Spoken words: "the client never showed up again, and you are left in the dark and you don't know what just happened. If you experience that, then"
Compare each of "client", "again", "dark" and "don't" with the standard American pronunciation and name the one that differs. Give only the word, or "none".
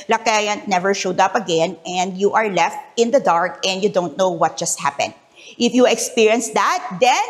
client